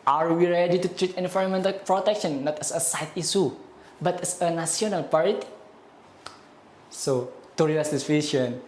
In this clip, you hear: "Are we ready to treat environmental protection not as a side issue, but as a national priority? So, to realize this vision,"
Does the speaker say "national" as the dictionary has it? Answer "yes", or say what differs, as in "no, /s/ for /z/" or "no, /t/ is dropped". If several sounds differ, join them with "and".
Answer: no, /s/ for /ʃ/